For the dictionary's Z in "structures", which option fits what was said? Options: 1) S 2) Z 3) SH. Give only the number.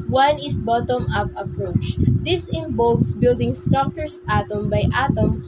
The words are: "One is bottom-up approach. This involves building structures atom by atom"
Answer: 1